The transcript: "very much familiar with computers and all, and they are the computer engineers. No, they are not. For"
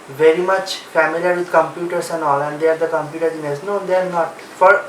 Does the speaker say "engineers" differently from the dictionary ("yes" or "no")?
yes